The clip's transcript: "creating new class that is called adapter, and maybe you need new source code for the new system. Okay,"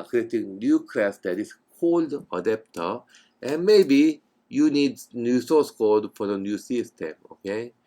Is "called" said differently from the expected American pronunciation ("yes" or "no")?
no